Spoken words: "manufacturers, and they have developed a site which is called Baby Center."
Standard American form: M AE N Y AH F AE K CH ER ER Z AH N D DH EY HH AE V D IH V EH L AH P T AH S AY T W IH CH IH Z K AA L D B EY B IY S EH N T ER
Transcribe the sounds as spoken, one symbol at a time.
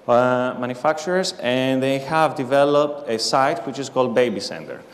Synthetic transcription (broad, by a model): M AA N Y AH F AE K CH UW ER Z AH N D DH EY HH AE V D IH V EH L AH P T AH S AY T W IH CH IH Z K AA L D B EY B IY S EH N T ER